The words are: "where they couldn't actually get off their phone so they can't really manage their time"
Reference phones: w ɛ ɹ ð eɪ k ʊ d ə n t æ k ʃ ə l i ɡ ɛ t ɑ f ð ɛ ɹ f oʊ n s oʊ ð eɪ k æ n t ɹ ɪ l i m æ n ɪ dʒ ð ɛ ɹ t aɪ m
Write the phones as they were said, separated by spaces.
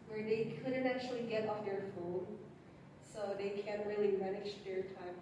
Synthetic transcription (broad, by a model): w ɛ ɹ ð eɪ k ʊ d n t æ k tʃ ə l i ɡ ɛ t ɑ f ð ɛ ɹ f oʊ n s oʊ ð eɪ k æ n t ɹ ɪ l i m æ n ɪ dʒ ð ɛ ɹ t aɪ m